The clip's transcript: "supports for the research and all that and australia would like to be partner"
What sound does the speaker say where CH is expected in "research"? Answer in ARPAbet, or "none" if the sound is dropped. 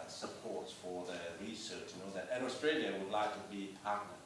CH